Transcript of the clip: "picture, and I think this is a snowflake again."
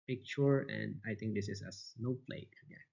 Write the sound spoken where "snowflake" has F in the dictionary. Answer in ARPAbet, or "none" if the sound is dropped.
P